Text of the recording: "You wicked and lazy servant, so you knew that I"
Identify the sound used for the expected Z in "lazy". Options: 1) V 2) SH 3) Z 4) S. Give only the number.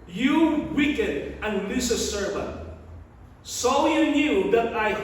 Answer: 4